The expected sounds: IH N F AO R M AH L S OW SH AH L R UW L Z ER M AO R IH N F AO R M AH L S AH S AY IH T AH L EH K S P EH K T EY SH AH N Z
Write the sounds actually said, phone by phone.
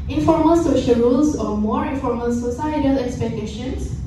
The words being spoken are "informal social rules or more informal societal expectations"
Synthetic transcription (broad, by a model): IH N F AO R M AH L S OW SH AH L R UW L S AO M AO R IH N F AO R M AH L S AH S AY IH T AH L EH K S P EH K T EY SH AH N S